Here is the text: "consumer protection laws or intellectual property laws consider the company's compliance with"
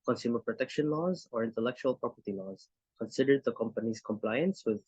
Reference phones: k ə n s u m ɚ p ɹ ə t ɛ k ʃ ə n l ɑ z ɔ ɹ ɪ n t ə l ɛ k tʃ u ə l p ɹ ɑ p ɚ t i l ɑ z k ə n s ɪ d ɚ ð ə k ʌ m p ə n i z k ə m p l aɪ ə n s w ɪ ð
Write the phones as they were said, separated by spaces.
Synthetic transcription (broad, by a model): k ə n s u m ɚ p ɹ ə t ɛ k ʃ ə n l ɑ z ɔ ɹ ɪ n t ə l ɛ k tʃ u ə l p ɹ ɑ p ɚ t i l ɑ z k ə n s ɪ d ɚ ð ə k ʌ m p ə n i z k ə m p l aɪ ə n s w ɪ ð